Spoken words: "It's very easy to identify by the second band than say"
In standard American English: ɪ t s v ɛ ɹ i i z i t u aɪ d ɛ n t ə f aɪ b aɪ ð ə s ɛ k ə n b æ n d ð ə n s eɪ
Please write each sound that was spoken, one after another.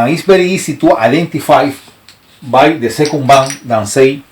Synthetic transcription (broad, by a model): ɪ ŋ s b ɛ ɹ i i s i t u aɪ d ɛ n t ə f aɪ b aɪ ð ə s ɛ k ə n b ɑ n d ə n s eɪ